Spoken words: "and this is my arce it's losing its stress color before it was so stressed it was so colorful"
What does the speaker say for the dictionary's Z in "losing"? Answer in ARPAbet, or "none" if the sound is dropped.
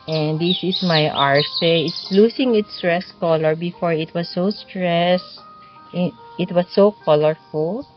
S